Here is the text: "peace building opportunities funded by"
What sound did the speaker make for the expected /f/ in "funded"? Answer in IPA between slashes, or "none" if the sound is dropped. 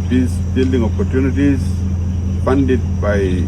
/p/